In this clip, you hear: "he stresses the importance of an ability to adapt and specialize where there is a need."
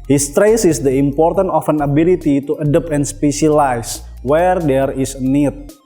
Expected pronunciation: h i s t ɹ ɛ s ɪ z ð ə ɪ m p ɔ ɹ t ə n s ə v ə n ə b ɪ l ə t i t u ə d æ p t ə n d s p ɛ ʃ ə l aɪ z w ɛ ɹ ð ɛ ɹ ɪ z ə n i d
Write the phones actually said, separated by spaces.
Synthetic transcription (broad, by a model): h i s t ɹ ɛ s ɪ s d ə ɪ m p ɔ ɹ t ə n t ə f ə n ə b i l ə t i t u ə d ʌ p ə n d s p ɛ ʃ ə l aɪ s w ɛ ɹ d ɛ ɹ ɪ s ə n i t